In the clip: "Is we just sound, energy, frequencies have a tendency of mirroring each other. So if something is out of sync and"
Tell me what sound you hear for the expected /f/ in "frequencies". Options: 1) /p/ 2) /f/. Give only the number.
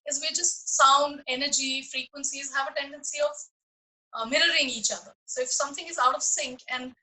2